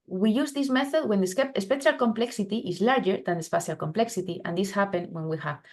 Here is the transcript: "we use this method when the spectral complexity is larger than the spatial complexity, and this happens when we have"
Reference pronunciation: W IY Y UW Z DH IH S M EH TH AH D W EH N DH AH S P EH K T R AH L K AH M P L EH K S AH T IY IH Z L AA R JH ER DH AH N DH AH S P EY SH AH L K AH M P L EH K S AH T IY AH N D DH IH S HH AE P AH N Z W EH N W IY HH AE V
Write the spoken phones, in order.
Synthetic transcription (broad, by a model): W IY Y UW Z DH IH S M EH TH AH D W EH N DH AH S P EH T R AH L K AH M P L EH K S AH T IY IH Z L AA R JH ER DH AH N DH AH S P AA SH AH L K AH M P L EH K S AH T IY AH N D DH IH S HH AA P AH N W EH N W IY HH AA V